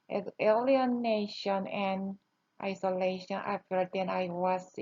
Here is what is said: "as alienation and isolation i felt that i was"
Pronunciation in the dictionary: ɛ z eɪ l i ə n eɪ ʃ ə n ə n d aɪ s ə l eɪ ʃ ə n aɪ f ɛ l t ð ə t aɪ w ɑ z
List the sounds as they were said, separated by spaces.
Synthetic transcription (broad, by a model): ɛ eɪ l i ə n eɪ ʃ ə n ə n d aɪ s ə l eɪ ʃ ə n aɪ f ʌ t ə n aɪ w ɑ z